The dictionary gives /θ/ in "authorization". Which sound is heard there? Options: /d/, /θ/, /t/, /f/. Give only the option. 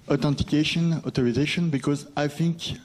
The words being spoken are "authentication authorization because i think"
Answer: /t/